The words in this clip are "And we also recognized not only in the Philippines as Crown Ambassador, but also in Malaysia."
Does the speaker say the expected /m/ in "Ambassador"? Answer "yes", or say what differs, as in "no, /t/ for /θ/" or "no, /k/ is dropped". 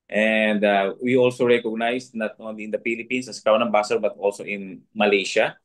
no, /m/ is dropped